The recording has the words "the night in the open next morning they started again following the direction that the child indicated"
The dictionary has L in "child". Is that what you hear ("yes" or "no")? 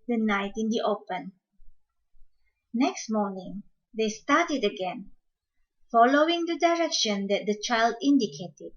yes